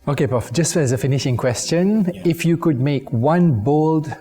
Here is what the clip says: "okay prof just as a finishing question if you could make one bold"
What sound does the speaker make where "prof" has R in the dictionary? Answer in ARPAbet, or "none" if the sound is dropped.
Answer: none